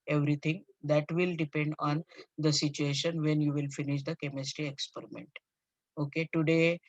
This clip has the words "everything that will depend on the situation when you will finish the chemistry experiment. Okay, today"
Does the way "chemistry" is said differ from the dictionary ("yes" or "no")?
no